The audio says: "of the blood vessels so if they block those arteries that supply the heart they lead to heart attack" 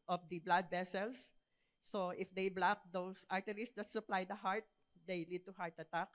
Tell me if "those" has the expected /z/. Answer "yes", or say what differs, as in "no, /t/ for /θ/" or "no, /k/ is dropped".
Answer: no, /s/ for /z/